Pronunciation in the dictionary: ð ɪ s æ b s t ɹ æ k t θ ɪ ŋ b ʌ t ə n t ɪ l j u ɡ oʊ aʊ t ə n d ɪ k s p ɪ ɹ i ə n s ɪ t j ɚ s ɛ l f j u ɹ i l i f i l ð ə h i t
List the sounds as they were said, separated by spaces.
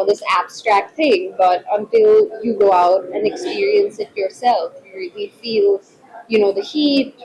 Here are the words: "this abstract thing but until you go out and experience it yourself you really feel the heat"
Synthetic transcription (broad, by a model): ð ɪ s æ b s t ɹ æ k t θ ɪ ŋ b ʌ t ə n t ɪ l j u ɡ oʊ aʊ t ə n ɪ k s p ɪ ɹ i ə n s ɪ t j ɚ s ɛ l f ɹ i l i f i l ð ə h i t